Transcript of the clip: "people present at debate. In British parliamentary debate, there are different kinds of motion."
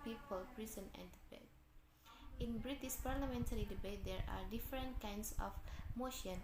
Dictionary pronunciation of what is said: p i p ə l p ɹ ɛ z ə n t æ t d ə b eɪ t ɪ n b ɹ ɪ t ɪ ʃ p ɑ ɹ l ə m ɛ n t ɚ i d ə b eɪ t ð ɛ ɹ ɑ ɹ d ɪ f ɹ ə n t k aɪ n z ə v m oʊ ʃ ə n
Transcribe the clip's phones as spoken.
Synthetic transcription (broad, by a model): p i p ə l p ɹ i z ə n æ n d ə b eɪ t ɪ n b ɹ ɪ t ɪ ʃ p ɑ ɹ l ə m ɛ n t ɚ i d ə b eɪ t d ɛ ɹ ɑ ɹ d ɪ f ɹ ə n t k aɪ n s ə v m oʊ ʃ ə n